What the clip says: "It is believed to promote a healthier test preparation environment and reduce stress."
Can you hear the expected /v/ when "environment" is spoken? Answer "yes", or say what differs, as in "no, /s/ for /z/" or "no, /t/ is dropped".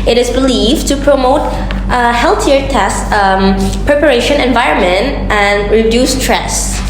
yes